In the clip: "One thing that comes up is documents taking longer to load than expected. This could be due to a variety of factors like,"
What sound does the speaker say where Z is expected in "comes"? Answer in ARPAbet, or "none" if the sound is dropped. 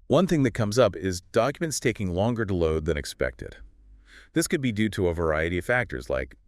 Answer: Z